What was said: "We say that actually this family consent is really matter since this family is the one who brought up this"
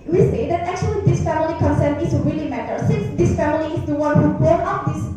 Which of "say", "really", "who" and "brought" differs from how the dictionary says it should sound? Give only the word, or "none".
brought